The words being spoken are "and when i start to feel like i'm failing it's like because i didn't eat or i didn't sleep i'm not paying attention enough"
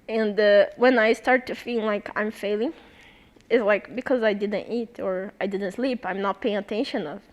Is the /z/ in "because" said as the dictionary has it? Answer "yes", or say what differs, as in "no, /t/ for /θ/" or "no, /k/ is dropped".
yes